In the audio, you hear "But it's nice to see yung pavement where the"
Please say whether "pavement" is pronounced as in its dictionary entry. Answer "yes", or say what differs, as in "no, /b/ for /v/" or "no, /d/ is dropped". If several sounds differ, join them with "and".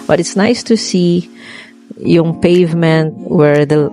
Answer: yes